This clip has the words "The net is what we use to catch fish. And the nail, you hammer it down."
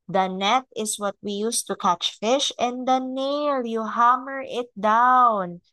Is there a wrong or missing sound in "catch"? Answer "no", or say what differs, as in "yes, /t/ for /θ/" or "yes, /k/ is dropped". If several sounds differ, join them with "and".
no